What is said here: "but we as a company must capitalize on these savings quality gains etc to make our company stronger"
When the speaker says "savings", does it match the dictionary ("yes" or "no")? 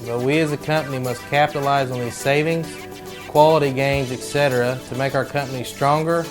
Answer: yes